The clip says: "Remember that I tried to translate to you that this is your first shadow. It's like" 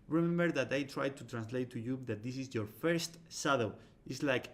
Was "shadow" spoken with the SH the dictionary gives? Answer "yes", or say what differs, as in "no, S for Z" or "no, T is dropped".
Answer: no, S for SH